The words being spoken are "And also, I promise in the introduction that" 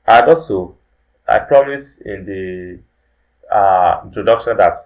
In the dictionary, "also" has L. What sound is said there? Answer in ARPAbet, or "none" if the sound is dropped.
none